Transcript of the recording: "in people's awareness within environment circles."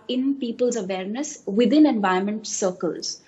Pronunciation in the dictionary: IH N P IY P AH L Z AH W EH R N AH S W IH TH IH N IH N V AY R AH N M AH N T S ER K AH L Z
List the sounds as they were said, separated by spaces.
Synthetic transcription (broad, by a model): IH N P IY P AH L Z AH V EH R N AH S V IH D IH N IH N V AY AH M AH N T S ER K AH L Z